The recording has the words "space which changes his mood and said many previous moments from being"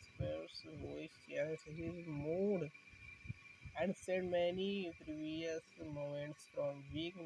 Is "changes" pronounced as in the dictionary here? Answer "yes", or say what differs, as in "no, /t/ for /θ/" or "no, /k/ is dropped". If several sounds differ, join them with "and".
no, /s/ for /z/